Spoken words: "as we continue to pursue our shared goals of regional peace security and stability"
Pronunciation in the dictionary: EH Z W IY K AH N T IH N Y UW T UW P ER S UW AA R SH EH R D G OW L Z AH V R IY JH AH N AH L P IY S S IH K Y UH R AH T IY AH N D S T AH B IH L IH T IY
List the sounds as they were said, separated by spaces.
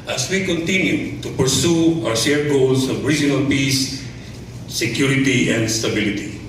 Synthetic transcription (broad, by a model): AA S W IY K AH N T IH N Y UW T UW P ER S UW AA W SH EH R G OW L S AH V R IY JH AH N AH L P IY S S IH K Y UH R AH T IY AH N D S T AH B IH L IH T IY